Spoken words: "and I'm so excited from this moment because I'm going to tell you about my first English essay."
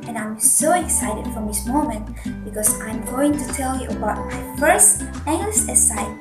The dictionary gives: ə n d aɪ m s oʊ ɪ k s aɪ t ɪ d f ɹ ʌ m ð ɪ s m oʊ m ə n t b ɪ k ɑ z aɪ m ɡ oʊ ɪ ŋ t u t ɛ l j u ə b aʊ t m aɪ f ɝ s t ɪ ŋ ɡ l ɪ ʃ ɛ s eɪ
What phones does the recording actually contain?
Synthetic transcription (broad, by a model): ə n aɪ m s oʊ ɪ k s aɪ t ɪ d f ɹ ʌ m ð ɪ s m oʊ m ə n t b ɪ k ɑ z aɪ m ɡ oʊ ɪ ŋ t u t ɛ l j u ə b aʊ t m aɪ f ɝ s t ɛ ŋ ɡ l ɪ s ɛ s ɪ